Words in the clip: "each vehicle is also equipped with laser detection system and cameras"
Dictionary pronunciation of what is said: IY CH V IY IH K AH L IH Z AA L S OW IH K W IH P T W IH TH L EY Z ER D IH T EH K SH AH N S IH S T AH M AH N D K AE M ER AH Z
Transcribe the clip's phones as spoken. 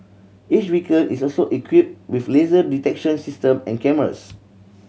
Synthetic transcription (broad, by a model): IY CH W IY K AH N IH S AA L S OW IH K W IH P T W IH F L EY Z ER D IH T EH K SH AH N S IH S T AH M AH N K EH M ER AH S